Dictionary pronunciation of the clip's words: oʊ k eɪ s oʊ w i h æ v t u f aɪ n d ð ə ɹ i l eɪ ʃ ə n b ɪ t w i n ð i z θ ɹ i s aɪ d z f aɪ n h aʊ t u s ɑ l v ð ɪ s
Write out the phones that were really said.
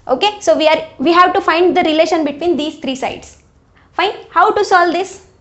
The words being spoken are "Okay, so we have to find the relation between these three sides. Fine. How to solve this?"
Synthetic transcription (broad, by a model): oʊ k eɪ s oʊ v i h æ v t u f aɪ n d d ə ɹ i l eɪ ʃ ə n b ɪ t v i n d i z t ɹ i s aɪ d s f aɪ n h aʊ t u s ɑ l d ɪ s